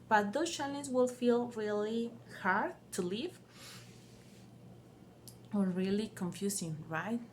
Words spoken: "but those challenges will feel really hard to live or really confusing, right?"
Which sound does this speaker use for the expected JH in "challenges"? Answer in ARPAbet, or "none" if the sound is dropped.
none